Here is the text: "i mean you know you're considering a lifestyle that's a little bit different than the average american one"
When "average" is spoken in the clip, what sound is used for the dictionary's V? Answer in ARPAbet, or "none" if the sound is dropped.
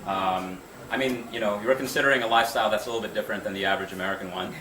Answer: V